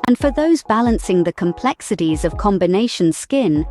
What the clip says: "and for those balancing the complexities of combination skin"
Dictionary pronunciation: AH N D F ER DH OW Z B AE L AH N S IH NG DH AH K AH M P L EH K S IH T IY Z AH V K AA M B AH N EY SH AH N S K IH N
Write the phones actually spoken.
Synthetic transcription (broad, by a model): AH N F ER DH OW Z B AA L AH N S IH NG DH AH K AH M P L EH K S IH T IY Z AH V K AA M B AH N EY SH AH N S K IH N